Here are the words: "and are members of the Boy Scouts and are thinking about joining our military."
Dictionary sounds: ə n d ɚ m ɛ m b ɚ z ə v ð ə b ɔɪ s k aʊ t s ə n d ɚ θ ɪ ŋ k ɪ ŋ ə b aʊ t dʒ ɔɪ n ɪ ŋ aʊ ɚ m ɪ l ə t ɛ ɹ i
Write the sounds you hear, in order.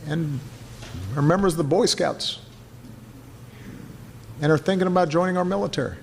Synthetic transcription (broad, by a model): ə n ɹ m ɛ m b ɚ z ð ə b ɔɪ s k aʊ t s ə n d ɚ θ ɪ ŋ k ɪ ŋ ə b aʊ t dʒ ɔɪ n ɪ ŋ aʊ ɚ m ɪ l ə t ɛ ɹ i